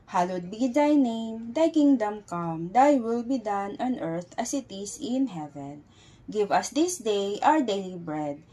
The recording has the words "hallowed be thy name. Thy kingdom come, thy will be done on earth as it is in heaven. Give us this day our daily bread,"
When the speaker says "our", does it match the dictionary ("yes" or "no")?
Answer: no